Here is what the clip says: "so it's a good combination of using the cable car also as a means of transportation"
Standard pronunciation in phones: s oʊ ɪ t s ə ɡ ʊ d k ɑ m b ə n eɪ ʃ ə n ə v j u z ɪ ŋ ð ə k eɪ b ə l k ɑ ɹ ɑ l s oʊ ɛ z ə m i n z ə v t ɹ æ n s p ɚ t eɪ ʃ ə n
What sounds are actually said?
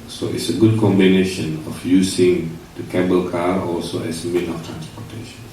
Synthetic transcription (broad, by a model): s oʊ ɪ t s ə ɡ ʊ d k ɑ m b ə n eɪ ʃ ə n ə f j u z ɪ ŋ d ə k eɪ b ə l k ɑ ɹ ɑ l s oʊ ɛ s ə m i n ə f t ɹ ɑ n s p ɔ t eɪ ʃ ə n